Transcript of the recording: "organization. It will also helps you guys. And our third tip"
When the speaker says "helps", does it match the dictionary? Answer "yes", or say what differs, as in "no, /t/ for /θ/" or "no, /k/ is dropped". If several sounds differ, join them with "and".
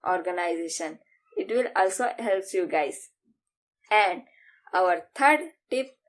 no, /s/ is dropped